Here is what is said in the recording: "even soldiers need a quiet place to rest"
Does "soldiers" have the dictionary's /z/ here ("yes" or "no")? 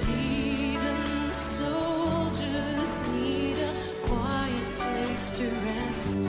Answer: yes